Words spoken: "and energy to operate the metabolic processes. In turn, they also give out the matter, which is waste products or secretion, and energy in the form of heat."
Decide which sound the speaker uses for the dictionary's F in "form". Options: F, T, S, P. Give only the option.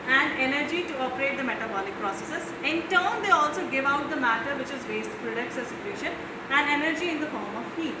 F